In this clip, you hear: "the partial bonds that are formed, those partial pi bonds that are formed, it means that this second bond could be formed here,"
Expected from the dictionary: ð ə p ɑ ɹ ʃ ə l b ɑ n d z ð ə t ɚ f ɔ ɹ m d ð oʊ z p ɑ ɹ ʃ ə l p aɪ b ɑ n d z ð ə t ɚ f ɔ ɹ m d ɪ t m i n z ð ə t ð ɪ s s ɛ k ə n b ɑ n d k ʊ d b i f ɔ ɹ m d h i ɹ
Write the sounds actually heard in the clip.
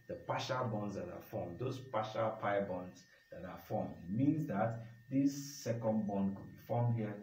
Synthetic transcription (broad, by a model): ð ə p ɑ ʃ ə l b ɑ n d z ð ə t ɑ f ɔ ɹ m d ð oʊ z p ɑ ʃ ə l p aɪ b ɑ n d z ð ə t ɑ f ɔ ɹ m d ɪ t m i n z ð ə t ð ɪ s s ɛ k ə n b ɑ n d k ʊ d b i f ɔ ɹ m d h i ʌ